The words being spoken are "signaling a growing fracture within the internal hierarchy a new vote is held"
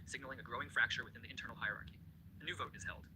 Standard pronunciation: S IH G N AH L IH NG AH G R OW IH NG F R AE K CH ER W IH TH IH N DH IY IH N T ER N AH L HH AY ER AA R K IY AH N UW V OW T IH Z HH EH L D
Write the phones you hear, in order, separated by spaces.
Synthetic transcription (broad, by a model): S IH G N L IH NG AH G R OW IH NG F R AE K CH ER W IH TH IH N DH IY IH N T ER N L HH AY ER AA R K IY AH N UW V OW T IH Z HH EH L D